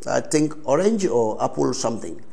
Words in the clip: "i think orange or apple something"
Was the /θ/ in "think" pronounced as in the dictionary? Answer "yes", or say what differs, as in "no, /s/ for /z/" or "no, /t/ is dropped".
no, /t/ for /θ/